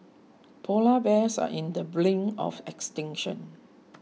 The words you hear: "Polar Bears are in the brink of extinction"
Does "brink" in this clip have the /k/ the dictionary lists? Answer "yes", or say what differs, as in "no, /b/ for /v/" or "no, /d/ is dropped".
no, /k/ is dropped